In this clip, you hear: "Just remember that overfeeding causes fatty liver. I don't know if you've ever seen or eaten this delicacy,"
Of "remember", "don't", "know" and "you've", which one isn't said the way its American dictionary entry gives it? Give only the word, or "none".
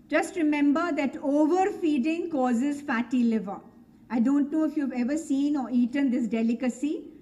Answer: none